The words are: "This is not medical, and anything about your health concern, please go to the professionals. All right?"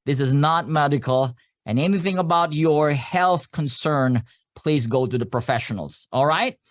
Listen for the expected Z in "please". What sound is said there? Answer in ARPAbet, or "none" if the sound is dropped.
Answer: Z